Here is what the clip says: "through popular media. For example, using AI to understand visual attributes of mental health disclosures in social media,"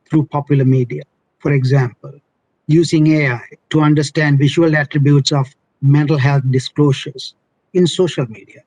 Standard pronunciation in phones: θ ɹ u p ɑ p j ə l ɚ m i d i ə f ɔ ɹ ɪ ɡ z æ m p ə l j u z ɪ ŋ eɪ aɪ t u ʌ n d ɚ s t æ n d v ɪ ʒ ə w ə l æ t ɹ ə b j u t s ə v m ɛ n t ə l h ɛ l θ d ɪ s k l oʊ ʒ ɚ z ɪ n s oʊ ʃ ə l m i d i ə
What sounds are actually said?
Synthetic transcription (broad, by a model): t ɹ u p ɑ p j ə l ɚ m i d i ə f ɔ ɹ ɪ ɡ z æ m p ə l j u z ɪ ŋ eɪ aɪ t u ʌ n d ɚ s t æ n d v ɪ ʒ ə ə l æ t ɹ ə b j u t s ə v m ɛ n t ə l h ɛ l t d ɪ s k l oʊ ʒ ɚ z ɪ n s oʊ ʃ ə l m i d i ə